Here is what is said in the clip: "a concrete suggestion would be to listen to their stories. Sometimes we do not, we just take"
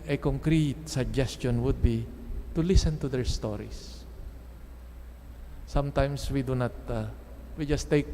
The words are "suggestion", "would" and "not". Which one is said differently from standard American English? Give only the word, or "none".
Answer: none